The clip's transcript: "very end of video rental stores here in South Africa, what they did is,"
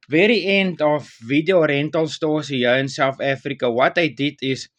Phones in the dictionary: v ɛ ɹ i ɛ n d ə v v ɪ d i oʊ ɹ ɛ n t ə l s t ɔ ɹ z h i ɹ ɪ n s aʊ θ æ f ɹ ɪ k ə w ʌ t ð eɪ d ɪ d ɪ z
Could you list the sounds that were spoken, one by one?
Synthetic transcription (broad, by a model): v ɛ ɹ i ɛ n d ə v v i d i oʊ ɹ ɛ n t ə l s t ɔ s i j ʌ w ɪ n s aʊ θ æ f ɹ ɪ k ə w ʌ t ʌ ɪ d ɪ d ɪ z